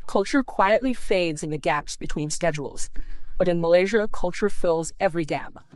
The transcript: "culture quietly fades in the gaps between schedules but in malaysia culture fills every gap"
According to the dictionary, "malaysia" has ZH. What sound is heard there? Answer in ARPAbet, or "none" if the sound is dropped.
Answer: ZH